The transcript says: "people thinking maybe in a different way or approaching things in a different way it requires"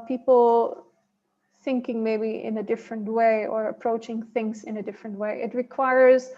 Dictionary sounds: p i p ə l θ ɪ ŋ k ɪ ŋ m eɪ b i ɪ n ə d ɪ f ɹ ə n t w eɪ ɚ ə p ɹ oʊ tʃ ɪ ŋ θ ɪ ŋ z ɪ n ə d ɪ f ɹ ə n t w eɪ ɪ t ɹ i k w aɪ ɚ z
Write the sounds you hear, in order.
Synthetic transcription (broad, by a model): p i p l θ ɪ ŋ k ɪ ŋ m eɪ b i ɪ n ə d ɪ f ɹ ə n t w eɪ ɚ ə p ɹ oʊ tʃ ɪ ŋ θ ɪ ŋ z ɪ n ə d ɪ f ɹ ə n t w eɪ ɪ t ɹ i k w aɪ ɚ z